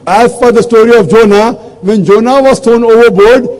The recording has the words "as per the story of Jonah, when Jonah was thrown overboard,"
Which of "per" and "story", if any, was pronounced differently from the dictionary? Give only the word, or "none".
per